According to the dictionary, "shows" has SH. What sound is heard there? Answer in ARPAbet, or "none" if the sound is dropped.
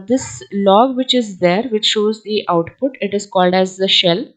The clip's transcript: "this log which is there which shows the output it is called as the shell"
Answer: SH